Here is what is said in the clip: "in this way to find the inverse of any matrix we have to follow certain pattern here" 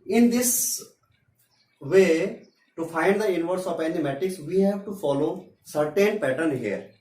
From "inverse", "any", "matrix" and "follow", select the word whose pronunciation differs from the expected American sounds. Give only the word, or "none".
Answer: matrix